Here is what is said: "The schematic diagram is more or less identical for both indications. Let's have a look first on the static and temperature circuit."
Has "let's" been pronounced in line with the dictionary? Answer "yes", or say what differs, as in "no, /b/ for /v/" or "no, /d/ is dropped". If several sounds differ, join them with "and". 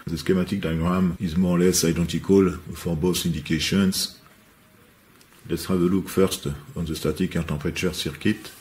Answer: yes